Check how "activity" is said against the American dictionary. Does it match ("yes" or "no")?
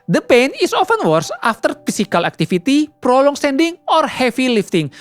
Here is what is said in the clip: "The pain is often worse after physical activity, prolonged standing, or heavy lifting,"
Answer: no